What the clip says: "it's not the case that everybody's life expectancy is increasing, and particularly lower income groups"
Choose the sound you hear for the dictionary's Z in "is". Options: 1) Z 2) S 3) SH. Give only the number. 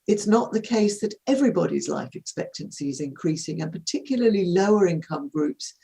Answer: 1